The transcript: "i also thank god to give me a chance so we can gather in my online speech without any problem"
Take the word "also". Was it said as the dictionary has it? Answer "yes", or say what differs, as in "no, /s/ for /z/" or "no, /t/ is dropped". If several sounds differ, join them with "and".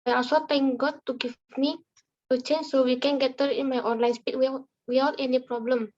no, /l/ is dropped